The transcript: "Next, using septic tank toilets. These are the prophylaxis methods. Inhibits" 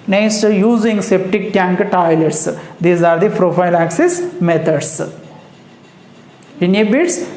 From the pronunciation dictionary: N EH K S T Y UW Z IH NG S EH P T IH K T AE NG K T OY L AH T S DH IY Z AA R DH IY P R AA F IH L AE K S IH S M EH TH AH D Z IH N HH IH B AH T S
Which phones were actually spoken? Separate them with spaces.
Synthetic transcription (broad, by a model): N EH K S T Y UW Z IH NG S EH P T IH K T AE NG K T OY L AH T S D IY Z AA R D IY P R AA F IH L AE K S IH S M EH T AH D S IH N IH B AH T S